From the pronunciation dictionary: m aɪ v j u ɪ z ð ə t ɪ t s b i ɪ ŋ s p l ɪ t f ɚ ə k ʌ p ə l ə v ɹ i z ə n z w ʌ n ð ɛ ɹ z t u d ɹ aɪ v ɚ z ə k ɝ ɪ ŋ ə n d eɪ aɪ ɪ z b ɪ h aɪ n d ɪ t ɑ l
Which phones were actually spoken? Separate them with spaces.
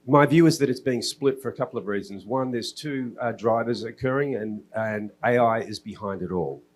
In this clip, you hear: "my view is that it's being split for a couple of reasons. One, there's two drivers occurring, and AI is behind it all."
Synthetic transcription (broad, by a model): m aɪ v j u ɪ z ð ə t ɪ t s b i ɪ ŋ s p l ɪ t f ɚ ə k ʌ p l ə v ɹ i z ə n z w ʌ n ð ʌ ɹ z t u d ɹ aɪ v ɚ z ə k ɝ ɪ ŋ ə n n eɪ aɪ ɪ z b ɪ h aɪ n d ɪ t ɑ l